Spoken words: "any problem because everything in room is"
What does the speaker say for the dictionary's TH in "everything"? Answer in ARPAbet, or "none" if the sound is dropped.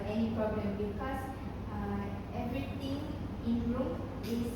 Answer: T